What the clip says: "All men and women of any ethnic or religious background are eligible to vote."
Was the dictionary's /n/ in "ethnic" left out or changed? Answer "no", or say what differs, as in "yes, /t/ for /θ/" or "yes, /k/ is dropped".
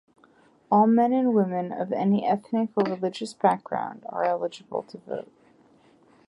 no